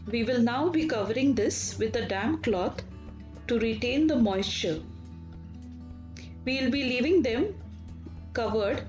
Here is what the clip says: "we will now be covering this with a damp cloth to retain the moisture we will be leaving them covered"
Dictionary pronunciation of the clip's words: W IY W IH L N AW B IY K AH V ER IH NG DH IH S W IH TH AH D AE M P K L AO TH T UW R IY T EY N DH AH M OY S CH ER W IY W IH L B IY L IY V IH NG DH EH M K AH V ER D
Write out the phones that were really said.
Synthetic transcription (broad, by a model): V IY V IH L N AW B IY K AH V ER IH NG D IH S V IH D AH D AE M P K L AO T T UW R IY T EY N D AH M OY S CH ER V IY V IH L B IY L IY V IH NG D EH M K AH V ER D